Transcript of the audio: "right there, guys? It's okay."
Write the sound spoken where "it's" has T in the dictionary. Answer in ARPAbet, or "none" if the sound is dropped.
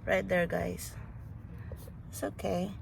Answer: S